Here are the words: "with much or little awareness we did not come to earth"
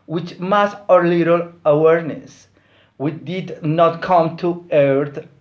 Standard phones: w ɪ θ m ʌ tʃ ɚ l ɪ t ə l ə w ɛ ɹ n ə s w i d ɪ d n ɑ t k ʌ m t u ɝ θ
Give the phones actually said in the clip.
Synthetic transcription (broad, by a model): w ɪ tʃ m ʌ s ɚ l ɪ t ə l ə w ɛ ɹ n ə s w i d ɪ d n ɑ t k ʌ m t u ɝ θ